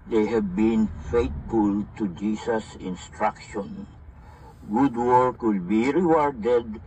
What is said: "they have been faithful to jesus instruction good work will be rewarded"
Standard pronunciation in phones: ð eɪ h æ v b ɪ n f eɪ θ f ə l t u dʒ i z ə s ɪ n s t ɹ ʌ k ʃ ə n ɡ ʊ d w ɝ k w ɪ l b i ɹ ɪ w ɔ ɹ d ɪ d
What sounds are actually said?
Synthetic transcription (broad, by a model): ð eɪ h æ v b ɪ n f eɪ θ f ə l t u dʒ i s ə s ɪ n s t ɹ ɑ k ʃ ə n ɡ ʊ d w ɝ k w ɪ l b i ɹ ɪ w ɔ ɹ d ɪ d